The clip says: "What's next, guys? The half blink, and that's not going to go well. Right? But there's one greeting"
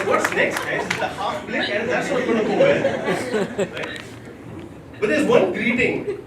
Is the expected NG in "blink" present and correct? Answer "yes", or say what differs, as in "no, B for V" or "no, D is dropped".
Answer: no, NG is dropped